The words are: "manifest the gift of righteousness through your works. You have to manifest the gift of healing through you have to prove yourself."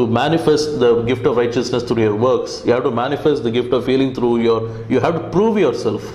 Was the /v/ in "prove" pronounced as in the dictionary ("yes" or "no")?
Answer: yes